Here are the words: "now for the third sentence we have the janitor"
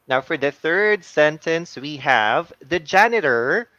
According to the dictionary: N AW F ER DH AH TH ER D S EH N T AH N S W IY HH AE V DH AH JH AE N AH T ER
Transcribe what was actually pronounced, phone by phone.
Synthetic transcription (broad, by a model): N AW F ER DH AH TH ER D S EH N T AH N S W IY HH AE V DH AH JH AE N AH T ER